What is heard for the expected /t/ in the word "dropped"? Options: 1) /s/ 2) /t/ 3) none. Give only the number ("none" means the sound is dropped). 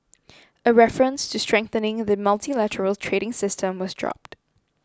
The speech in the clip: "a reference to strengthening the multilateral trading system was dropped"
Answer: 2